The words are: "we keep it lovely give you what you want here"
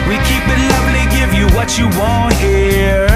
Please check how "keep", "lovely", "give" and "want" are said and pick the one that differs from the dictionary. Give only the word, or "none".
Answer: none